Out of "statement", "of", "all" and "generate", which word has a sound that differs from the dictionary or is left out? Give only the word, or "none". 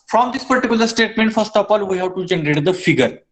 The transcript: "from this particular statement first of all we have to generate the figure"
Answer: of